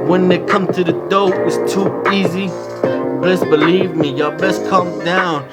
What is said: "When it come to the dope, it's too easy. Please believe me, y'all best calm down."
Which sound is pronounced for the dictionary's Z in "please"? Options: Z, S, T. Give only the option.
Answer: S